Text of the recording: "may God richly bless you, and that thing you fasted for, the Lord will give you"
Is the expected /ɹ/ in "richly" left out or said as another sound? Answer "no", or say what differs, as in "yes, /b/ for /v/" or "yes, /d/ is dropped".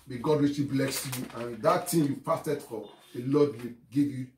yes, /w/ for /ɹ/